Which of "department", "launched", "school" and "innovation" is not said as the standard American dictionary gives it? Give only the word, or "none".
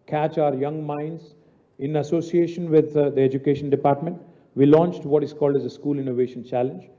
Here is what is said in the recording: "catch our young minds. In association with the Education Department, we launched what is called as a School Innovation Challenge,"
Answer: none